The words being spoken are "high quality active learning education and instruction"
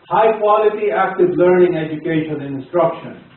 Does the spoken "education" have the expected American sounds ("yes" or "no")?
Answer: no